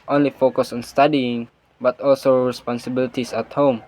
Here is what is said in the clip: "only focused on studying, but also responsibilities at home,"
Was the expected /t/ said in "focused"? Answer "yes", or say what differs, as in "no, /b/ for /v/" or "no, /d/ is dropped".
no, /t/ is dropped